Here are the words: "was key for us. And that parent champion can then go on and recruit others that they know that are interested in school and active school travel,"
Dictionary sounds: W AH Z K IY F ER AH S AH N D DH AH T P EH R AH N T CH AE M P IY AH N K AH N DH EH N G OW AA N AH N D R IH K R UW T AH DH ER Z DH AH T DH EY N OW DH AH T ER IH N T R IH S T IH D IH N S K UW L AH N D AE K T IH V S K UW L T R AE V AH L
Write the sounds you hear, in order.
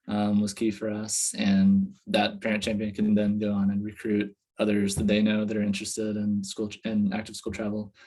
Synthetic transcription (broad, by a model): W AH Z K IY F ER AH S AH N DH AH T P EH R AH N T CH AE M P IY AH N K AH N DH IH N G OW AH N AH N R IH K R UW T AH DH ER Z DH AH T DH EY N OW DH AH T ER IH N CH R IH S T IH D IH N S K UW L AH N AE K T IH V S K UW L T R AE V L